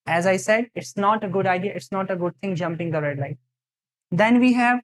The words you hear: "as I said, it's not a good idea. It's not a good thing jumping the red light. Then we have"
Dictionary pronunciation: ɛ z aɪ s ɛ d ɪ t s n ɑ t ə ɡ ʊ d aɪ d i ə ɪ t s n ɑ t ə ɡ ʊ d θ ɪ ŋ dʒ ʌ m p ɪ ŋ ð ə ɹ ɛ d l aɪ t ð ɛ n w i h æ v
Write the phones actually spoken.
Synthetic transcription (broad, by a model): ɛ z aɪ s ɛ d ɪ t s n ɑ t ə ɡ ʊ d aɪ d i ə ɪ t s n ɑ t ə ɡ ʊ d t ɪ ŋ dʒ ʌ m p ɪ ŋ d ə ɹ ɛ d l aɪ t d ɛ n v i h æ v